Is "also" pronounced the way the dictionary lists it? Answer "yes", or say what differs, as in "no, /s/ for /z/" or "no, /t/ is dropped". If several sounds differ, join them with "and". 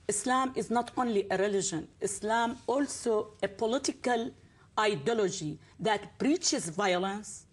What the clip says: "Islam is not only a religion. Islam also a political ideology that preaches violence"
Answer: yes